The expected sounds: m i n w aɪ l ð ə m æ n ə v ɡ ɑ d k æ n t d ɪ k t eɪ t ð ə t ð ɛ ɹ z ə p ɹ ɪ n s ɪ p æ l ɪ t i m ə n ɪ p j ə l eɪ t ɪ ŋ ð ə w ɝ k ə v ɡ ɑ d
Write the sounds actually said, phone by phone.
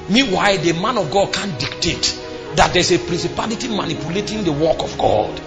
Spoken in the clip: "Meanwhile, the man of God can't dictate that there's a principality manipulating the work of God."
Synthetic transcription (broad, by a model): m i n w aɪ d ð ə m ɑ n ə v ɡ ɑ d k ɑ n d ɪ k t eɪ t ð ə t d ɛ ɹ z ə p ɹ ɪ n s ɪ p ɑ l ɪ t i m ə n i p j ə l eɪ t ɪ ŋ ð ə w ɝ k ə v ɡ ɑ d